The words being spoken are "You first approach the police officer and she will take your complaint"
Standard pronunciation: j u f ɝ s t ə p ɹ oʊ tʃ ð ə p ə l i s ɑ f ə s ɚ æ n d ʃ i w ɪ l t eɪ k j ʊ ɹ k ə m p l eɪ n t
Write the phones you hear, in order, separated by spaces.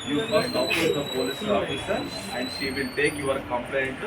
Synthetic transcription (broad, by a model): j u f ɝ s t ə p oʊ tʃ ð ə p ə l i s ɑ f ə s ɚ æ n d ʃ i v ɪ l t eɪ k j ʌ ɹ k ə m p l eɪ n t